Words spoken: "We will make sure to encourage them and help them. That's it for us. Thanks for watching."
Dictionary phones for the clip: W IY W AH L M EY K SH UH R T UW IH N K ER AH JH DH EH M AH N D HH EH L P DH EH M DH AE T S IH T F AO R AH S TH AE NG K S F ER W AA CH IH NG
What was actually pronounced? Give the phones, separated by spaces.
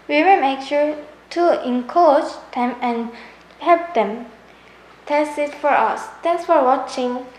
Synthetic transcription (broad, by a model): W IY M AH M EY K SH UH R T UW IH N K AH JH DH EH M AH N HH EH L P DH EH M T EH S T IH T F AO R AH S T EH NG S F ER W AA CH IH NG